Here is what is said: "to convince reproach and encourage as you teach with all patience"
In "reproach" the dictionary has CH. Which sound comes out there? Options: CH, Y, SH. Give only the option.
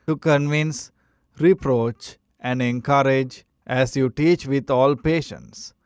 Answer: CH